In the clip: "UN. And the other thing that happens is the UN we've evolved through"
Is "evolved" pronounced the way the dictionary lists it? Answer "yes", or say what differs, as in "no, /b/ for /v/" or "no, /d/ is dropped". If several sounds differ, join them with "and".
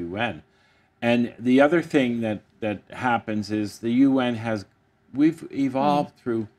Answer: yes